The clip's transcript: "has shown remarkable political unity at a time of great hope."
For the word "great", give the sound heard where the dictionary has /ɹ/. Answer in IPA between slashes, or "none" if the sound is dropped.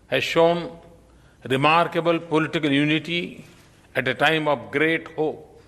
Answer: /ɹ/